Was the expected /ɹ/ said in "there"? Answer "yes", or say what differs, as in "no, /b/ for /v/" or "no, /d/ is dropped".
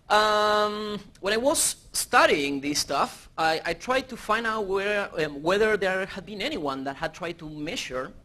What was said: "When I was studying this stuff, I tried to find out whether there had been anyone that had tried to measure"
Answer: yes